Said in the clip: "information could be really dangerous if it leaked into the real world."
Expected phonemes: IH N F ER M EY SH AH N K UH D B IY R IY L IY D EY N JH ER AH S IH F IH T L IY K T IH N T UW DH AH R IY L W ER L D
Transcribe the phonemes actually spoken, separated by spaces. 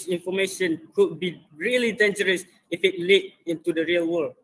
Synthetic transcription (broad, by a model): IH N F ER M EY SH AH N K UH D B IY R IY L IY D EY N JH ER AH S IH F IH T L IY T IH N T UW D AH R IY L W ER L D